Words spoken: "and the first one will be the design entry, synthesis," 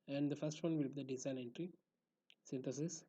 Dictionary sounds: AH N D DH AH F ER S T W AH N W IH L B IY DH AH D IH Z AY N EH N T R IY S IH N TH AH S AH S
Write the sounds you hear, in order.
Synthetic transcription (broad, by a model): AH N D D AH F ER S T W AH N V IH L B IY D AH D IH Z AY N EH N T R IY S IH N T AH S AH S